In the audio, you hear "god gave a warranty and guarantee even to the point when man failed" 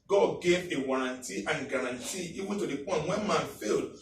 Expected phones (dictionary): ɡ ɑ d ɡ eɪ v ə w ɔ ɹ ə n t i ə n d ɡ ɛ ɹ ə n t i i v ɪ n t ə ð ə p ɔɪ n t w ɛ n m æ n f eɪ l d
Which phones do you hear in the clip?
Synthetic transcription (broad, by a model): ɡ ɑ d ɡ eɪ v ə w ɔ ɹ ə n t i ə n ɡ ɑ ɹ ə n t i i w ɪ t ə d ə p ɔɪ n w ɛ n m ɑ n f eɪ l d